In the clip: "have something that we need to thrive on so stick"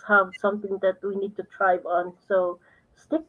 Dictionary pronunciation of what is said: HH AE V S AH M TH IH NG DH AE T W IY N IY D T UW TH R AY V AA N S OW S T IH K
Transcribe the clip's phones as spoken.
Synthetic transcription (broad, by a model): HH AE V S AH M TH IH NG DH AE T W IY N IY D T UW T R AY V AA N S OW S T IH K